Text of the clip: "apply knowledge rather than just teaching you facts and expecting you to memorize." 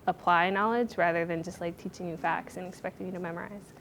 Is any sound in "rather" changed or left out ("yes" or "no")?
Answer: no